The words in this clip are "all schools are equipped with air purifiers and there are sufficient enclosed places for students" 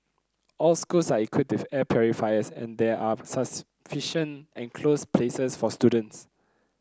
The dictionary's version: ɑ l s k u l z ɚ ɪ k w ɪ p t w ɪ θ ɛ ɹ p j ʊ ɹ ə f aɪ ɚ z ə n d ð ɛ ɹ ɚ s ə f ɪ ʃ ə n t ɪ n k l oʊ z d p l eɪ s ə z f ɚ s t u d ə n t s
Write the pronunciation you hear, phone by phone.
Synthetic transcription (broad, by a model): ɑ l s k u l s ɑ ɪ k w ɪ t w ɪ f ɛ p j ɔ ɹ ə f aɪ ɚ s ə n d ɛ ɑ s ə f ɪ ʃ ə n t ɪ n k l oʊ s p l eɪ s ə s f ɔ s t u d ə n t s